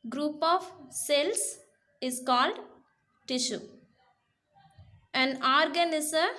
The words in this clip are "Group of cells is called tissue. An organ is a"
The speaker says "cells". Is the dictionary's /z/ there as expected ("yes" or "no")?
no